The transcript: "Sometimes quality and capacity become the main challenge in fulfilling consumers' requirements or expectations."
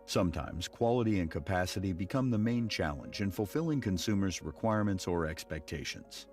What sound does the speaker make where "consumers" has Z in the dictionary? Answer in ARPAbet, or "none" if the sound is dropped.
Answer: Z